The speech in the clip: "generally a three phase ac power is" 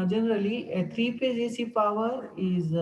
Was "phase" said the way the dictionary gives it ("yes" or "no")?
no